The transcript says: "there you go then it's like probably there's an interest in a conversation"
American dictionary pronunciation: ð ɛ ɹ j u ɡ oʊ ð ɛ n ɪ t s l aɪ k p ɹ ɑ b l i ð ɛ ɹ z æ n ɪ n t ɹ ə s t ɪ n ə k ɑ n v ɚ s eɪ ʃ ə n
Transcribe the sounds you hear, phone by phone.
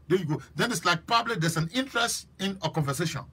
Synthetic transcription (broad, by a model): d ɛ j u ɡ oʊ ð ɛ n ɪ t s l aɪ k p ɑ b l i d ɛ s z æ n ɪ n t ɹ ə s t ɪ n ə k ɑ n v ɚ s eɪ ʃ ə n